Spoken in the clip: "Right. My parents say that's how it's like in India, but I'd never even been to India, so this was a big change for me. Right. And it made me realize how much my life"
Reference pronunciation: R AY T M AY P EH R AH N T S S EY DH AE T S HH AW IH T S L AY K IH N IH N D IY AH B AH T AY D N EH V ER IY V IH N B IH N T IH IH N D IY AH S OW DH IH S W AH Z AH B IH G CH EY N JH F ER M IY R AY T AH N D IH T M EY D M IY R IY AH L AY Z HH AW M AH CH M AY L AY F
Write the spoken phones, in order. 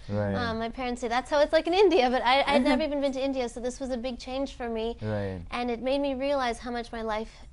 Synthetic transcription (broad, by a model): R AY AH M AY P EH R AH N T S S EY DH AE T S HH AW IH T S L AY K IH N IH N D IY AH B AH T AY D N EH V ER IY V IH N B IH N T IH IH N D IY AH S OW DH IH S W AH Z AH B IH G CH EY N ZH F ER M IY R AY T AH N IH T M EY D M IY R IY AH L AY Z HH AW M AH CH M AY L AY F